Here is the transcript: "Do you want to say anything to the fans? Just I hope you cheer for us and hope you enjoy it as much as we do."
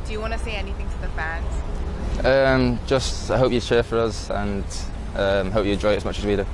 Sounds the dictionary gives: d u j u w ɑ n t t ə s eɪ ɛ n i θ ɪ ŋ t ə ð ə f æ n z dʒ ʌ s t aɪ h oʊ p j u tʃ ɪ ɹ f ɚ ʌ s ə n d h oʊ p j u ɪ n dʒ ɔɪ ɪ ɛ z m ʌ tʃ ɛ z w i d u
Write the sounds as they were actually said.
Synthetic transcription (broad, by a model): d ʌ j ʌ w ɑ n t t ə s eɪ ɛ n i θ ɪ ŋ t ə ð ə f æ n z dʒ ʌ s t aɪ h oʊ p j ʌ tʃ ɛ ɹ f ɚ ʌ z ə n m h oʊ p j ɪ dʒ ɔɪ ɪ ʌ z m ʌ tʃ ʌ z w i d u